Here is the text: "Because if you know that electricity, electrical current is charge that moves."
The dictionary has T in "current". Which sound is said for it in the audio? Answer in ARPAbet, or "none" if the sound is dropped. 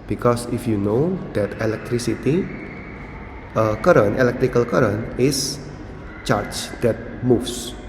none